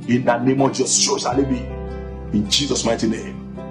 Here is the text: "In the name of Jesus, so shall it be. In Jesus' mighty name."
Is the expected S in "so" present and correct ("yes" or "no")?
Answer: no